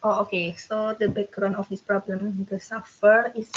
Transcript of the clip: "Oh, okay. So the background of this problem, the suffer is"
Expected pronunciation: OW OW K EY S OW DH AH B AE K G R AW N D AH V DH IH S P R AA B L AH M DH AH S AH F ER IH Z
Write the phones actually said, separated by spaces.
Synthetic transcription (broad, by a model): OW OW K EY S OW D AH B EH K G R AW N AH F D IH S P R AA B L AH M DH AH S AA F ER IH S